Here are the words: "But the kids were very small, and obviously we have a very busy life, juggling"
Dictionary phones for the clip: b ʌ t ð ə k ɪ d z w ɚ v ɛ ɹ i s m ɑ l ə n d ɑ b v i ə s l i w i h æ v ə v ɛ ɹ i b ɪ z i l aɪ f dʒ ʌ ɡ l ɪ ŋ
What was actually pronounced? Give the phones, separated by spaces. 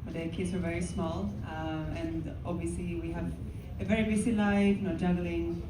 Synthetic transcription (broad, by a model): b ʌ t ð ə k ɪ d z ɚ v ɛ ɹ i s m ɑ l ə n ɑ b v i ə s l i w i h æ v ə v ɛ ɹ i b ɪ s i l aɪ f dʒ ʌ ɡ l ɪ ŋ